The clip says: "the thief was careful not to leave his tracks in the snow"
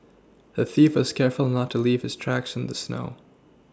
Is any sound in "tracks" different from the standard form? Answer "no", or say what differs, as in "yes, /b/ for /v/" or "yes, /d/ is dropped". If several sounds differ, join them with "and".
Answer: no